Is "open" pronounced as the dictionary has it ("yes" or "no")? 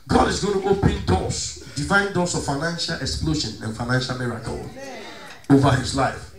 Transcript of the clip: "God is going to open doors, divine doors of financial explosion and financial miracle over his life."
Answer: yes